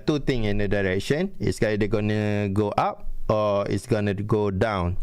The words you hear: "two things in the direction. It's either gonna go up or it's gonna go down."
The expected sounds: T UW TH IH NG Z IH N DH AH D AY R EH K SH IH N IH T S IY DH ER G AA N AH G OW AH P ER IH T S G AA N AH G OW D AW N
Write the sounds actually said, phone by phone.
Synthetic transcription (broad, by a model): T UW T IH NG IH N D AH D AY R EH K SH IH N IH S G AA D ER G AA N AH G OW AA P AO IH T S G AA N AH G OW D AW N